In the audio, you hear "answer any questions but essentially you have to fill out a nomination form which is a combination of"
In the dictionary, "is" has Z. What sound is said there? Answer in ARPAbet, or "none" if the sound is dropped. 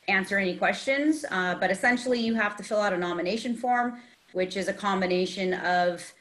Z